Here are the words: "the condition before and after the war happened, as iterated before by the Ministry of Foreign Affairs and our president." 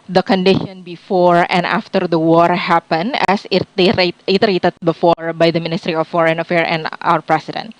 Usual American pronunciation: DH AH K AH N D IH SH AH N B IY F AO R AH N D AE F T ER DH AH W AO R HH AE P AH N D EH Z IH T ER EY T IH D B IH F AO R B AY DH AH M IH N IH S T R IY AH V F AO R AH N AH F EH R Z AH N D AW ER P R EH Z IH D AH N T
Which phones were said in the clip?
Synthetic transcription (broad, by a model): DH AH K AH N D IH SH AH N B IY F AO R AH N D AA F T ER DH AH W AO R HH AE P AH N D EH S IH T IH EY T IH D B IH F AO R B AY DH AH M IH N IH S T R IY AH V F AO R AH N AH F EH R AH N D AW ER P R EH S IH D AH N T